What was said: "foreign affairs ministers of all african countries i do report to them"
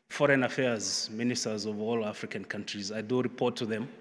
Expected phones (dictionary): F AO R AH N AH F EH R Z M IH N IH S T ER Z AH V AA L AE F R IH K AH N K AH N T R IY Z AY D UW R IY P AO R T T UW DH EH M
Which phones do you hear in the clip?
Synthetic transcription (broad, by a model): F AO R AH N AH F EH R Z M IH N IH S T ER Z AH V AA L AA F R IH K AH N K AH N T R IY Z AY D UW R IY P AO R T T UW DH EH M